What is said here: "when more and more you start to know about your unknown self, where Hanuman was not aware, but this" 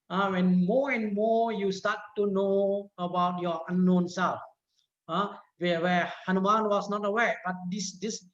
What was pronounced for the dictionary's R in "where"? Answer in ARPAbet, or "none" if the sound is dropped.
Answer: W